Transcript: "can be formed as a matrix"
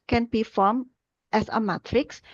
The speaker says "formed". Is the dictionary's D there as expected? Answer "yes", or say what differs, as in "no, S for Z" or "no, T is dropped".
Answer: no, D is dropped